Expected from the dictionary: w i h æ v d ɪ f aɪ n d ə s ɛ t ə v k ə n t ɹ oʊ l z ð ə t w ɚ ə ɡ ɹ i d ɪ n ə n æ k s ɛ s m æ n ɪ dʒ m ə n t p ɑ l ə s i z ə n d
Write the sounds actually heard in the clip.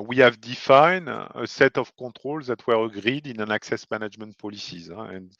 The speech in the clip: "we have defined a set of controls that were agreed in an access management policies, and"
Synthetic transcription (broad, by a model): w i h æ v d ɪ f aɪ n ə s ɛ t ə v k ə t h oʊ l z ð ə t w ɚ ə ɡ ɹ i d ɪ n ə n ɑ k s ɛ s m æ n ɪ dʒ m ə n t p ɑ l ə s i z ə n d